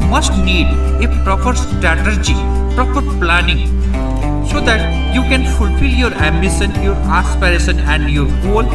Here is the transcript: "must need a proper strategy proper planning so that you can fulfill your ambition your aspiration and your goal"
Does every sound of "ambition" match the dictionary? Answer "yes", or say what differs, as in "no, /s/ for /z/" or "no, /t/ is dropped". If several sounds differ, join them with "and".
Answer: no, /s/ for /ʃ/